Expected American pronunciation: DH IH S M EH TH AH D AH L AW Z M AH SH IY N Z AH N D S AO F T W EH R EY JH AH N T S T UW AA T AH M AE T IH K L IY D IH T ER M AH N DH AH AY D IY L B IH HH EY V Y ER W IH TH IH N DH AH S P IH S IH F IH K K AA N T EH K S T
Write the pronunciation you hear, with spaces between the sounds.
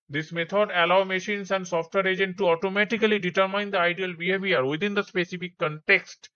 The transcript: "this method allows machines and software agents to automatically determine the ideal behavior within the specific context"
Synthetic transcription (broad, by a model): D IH S M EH T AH D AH L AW M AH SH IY N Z AH N D S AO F T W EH R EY JH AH N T T UW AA T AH M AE T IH K L IY D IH T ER M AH N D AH AY D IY L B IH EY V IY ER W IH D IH N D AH S P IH S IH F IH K K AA N T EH K S T